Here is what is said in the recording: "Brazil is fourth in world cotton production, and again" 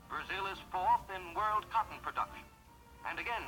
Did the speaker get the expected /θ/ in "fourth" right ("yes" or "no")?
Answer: yes